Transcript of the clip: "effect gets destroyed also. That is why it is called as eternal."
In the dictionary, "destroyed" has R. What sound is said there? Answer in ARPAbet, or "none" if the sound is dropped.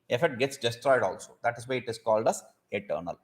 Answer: R